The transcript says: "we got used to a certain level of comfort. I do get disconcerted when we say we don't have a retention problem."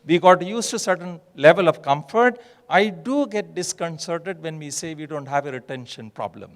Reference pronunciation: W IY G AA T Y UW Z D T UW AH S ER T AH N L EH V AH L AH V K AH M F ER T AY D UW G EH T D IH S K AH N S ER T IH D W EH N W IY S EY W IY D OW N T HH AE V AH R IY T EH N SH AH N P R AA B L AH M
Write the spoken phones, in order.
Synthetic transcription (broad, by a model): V IY G AA T Y UW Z T UW S ER T AH N L EH V AH L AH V K AH M F ER T AY D UW G EH T D IH S K AH N S ER T IH D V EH N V IY S EY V IY D OW N T HH AE V AH R IY T EH N SH AH N P R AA B L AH M